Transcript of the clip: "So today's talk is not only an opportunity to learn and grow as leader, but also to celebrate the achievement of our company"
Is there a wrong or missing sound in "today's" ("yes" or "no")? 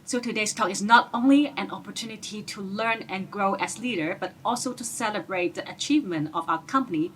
yes